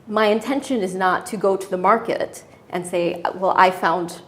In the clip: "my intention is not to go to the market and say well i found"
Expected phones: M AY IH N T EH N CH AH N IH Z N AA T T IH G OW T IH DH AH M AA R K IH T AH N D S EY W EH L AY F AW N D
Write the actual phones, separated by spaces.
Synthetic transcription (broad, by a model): M AY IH N T EH N SH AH N IH Z N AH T T IH G OW T IH DH AH M AA R K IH T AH N S EY W EH L AY F AW N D